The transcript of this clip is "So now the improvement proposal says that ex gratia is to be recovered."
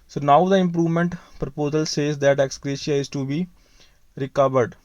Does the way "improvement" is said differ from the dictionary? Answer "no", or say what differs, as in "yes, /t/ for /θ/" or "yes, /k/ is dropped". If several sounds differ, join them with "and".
no